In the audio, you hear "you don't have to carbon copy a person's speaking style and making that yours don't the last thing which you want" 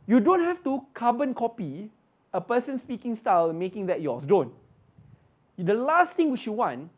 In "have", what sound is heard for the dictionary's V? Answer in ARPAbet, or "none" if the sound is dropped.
F